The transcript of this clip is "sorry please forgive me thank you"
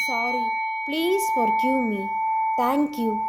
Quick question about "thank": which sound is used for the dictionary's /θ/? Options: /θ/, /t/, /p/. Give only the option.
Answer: /t/